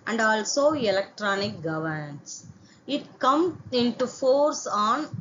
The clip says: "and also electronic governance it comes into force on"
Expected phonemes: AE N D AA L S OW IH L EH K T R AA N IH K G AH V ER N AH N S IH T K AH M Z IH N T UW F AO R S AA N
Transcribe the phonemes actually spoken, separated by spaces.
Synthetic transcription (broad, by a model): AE N D AA L S OW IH L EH K T R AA N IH K G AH V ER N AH N S IH T K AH M IH N T UW F AO R S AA N